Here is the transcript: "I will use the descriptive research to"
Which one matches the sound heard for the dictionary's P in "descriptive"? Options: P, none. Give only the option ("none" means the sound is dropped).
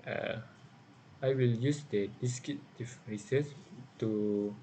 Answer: none